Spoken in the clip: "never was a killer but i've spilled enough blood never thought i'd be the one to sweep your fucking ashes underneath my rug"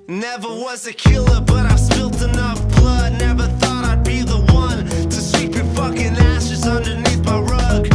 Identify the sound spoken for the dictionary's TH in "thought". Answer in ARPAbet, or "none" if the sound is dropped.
TH